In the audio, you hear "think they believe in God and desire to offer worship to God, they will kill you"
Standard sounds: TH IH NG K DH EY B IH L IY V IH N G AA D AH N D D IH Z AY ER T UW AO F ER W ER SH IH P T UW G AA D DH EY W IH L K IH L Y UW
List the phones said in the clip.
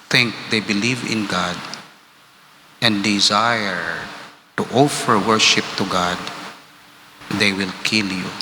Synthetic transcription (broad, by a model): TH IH NG K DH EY B IH L IY V IH N G AA D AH N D D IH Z AY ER T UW AO F ER W ER SH IH P T UW G AA D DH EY W IH L K IH L Y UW